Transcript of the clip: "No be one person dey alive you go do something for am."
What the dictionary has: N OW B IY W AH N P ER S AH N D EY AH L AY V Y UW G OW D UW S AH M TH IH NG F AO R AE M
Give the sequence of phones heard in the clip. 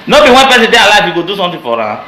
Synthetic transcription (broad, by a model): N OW B IY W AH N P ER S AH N D EY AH L AY F Y UW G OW D UW S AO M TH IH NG F AO R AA